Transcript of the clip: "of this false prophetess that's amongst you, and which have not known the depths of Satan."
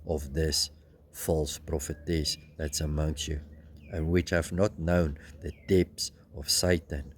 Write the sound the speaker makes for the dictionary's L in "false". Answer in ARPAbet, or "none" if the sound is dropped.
L